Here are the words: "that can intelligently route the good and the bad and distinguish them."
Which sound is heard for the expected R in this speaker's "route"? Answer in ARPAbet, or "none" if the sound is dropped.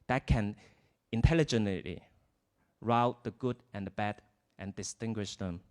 R